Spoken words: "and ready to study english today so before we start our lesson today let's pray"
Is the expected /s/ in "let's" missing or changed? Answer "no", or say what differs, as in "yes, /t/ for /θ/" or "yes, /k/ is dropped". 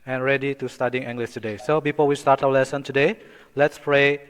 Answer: no